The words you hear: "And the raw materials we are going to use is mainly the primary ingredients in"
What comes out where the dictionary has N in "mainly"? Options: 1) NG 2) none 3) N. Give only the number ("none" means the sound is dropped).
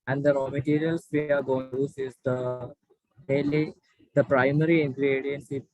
2